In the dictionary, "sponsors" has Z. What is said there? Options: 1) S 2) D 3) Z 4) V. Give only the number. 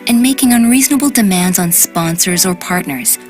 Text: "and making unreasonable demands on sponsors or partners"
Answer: 3